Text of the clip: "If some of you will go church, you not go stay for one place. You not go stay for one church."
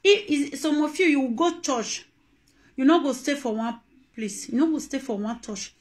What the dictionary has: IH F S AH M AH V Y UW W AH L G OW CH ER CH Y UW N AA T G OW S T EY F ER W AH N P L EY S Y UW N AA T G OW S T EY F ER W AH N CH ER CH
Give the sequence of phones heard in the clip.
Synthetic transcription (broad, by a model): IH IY S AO M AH F Y UW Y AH W G OW CH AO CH Y UW N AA G OW S T EY F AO W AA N P L EY S Y UW N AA G OW S T EY F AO W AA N CH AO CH